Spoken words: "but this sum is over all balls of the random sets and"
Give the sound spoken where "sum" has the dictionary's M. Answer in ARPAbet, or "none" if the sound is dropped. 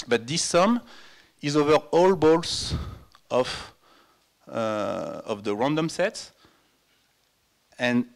M